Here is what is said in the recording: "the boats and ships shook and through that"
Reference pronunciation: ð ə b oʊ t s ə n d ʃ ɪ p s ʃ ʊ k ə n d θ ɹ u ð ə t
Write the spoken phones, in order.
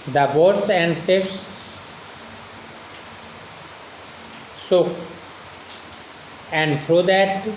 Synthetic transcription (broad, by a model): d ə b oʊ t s ə n d s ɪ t s s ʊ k ə n d t ɹ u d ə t